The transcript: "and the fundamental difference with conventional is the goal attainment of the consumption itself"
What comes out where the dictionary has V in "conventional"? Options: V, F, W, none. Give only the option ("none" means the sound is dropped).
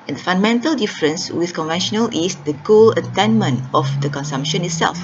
V